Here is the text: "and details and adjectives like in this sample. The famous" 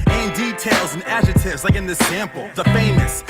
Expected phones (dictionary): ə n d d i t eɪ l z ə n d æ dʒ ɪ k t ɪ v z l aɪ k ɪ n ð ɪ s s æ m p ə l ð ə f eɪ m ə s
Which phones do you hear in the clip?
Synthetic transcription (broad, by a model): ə n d d i t eɪ l z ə n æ dʒ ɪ t ɪ v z l aɪ k ɪ n ð ɪ s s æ m p l ð ə f eɪ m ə s